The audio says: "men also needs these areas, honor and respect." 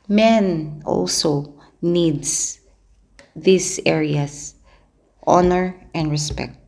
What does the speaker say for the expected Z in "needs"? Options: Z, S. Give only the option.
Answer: S